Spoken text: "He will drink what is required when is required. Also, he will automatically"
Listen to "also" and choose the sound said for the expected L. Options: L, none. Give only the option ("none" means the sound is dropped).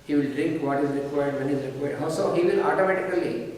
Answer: none